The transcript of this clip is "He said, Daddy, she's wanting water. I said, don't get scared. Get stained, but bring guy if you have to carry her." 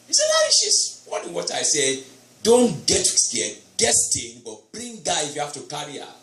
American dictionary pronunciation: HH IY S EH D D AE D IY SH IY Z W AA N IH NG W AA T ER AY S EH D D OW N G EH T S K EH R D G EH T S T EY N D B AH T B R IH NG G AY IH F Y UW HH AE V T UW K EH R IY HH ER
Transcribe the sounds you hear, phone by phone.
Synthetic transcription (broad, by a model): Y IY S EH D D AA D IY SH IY S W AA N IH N W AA T AY S EH D D OW N G EH T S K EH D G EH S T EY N B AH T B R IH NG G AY IH F Y UW HH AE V T UW K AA R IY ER